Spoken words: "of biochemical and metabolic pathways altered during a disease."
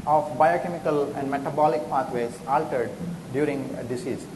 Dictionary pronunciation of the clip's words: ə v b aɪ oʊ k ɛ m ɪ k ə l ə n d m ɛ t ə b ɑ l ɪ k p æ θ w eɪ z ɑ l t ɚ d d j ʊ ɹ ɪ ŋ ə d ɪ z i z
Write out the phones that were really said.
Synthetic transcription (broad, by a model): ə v b aɪ oʊ k ɛ m ɪ k ə l ə n d m ɛ t ə b ɑ l ɪ k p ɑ t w eɪ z ɑ l t ɚ d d j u ɹ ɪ ŋ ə d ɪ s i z